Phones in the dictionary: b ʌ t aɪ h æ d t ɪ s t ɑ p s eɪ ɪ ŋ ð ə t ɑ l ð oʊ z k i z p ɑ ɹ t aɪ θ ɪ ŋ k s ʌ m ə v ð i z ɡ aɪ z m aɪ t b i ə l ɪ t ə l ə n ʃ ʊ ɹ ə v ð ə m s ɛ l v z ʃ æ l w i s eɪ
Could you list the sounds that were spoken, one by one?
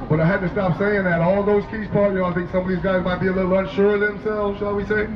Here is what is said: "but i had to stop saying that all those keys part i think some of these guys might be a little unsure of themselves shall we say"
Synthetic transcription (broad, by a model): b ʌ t aɪ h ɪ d t ɪ s t ɑ p s eɪ ɪ ŋ ð ə t ɑ l ð oʊ z k i z p ɑ ɹ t aɪ θ ɪ ŋ k s ʌ m ə v ð i z ɡ aɪ z m aɪ t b i ə l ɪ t l ə n ʃ ʊ ɹ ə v ð ə m s ɛ l v z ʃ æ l w i s eɪ